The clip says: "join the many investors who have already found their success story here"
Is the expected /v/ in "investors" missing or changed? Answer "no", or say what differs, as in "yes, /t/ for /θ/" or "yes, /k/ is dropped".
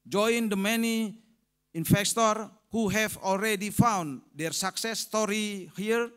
yes, /f/ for /v/